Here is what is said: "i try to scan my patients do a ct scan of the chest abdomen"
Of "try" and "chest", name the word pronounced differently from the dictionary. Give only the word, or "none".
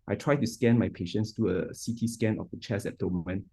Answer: chest